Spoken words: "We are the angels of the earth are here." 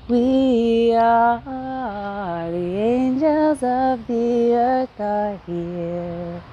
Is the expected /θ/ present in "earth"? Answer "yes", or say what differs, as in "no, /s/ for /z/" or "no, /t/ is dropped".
no, /t/ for /θ/